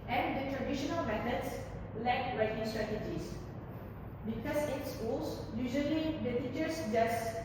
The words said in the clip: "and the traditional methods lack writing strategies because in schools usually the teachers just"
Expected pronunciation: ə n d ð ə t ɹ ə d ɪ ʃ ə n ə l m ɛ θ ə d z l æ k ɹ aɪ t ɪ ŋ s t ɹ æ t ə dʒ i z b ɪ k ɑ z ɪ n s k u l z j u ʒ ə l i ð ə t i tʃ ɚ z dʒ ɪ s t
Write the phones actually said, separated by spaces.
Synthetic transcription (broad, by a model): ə n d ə t ɹ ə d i ʃ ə n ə l m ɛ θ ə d s l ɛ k ɹ aɪ t ɪ ŋ s t ɹ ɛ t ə dʒ i s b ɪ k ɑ s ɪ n s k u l s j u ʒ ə l i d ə t i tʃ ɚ s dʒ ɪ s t